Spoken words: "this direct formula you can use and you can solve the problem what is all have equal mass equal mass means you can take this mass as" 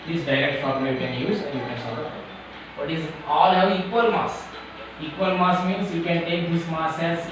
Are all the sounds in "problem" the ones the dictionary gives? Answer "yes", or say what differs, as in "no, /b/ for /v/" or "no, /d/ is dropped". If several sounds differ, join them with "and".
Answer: no, /l/ is dropped